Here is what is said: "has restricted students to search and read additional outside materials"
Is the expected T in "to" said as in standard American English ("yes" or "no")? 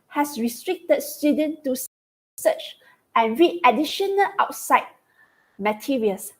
no